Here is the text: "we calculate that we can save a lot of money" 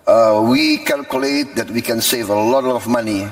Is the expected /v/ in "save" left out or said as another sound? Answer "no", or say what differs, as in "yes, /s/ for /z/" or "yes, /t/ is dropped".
no